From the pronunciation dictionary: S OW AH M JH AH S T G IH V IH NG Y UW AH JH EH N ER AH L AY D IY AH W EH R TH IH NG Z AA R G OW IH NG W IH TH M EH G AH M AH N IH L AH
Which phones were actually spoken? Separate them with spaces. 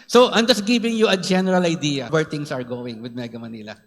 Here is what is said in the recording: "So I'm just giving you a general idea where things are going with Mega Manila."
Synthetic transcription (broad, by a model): S OW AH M JH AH S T G IH V IH NG Y UW AH JH EH N ER AH L AY D IY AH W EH R T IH NG S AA R G OW IH NG W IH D M EH G AH M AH N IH L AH